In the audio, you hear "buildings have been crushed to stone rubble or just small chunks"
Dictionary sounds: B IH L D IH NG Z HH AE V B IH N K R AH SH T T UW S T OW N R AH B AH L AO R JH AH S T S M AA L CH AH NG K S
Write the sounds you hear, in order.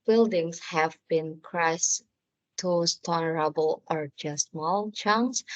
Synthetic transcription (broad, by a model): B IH L D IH NG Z HH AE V B IH N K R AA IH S T UW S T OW L R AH B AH L AO R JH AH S S M AA L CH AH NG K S